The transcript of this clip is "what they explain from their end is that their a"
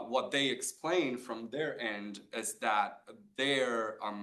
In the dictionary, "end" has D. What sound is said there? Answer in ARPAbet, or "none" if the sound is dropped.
D